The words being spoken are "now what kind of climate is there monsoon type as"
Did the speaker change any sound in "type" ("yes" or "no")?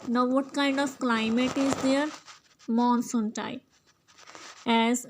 yes